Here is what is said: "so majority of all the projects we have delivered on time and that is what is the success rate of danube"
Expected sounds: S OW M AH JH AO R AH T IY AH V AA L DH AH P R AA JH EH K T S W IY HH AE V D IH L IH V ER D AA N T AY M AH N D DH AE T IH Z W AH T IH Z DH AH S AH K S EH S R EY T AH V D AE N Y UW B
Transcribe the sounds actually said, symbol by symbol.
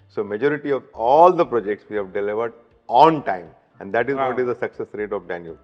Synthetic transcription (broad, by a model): S OW M AH JH AO R AH T IY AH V AA L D AH P R AA JH EH K T S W IY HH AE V D IH L IH V ER D AA N T AY M AH N D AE T IH Z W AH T IH Z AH S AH K S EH S R EY T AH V D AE N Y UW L